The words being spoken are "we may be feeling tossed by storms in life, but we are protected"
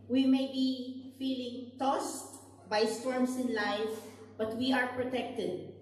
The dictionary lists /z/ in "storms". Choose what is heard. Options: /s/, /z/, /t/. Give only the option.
/s/